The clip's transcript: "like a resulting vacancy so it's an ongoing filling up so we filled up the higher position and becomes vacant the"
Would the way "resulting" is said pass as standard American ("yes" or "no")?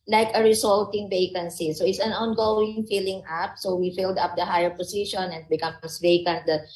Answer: no